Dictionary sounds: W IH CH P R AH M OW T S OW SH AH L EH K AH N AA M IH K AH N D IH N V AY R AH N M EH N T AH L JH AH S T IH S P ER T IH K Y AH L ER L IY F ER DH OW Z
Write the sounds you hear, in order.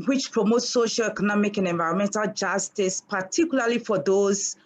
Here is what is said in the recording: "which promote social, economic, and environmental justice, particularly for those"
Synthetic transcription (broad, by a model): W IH CH P R AH M OW T S OW SH AH L EH K AH N AA M IH K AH N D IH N V AY R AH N M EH N T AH L JH AH S T IH S P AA T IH K Y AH L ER L IY F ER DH OW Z